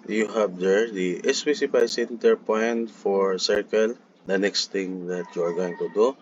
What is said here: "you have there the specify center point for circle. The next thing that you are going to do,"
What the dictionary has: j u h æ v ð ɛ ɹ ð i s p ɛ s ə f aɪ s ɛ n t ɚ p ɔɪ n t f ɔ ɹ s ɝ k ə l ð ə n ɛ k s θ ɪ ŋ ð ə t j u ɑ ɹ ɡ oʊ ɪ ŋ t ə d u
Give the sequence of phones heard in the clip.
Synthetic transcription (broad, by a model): j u h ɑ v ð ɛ ɹ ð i s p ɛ s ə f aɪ s ɛ n t ɚ p ɔɪ n t f ɔ ɹ s ɝ k ə l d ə n ɛ k s t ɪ ŋ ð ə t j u ɑ ɹ ɡ oʊ ɪ ŋ t ə d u